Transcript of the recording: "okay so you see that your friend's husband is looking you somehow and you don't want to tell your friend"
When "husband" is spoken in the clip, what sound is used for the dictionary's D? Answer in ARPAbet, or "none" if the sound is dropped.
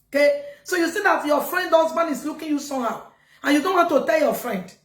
none